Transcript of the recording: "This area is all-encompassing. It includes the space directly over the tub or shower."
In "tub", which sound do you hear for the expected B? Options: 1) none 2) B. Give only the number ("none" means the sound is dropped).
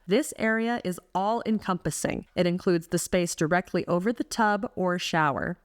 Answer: 2